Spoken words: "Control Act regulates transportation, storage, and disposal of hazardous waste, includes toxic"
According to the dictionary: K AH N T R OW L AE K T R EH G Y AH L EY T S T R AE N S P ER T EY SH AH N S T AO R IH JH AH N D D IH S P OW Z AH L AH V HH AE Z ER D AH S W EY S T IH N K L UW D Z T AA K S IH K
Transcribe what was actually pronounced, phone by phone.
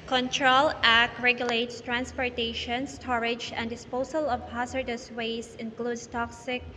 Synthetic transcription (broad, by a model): K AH N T R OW L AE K R EH G Y AH L EY T S T R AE N S P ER T EY SH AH N S T AO R IH JH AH N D D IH S P OW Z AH L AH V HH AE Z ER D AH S W EY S IH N K L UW D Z T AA K S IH K